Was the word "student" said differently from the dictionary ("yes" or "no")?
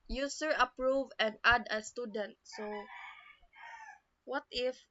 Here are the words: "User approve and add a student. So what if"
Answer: no